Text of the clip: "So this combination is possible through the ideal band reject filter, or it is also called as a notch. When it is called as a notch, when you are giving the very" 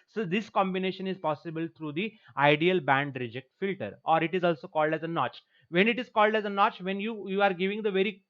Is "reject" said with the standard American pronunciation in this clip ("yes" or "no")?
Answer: yes